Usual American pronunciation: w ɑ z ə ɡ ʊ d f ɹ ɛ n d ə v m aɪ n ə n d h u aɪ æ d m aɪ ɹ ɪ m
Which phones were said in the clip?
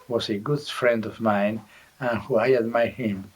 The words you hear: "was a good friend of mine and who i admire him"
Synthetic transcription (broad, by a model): w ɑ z ə ɡ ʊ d f ɹ ɛ n d ə v m aɪ n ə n h u aɪ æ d m aɪ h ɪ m